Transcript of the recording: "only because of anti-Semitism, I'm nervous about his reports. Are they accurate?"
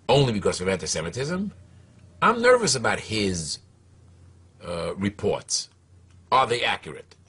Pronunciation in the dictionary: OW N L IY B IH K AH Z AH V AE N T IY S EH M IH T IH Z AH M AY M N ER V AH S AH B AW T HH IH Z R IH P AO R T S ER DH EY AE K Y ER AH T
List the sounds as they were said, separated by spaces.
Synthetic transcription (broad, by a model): OW N L IY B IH K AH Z AH V AE N T IY S EH M IH T IH Z AH M AY M N ER V AH S AH B AW T HH IH Z R IH P AO R T S ER DH EY AE K Y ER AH T